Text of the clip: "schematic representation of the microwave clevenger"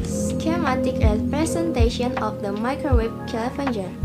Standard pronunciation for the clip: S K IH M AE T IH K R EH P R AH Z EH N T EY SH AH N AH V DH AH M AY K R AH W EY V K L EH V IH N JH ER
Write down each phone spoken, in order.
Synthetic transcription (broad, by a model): S K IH M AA T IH K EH P R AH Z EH N T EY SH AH N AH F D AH M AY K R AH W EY B K L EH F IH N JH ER